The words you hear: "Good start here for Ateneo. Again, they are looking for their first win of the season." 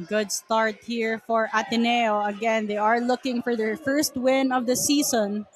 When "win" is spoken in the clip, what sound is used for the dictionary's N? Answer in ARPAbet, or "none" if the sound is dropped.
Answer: N